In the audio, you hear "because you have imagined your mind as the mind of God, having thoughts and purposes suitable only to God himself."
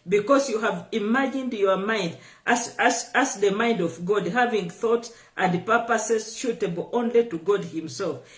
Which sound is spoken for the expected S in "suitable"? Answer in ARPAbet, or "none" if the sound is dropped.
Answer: SH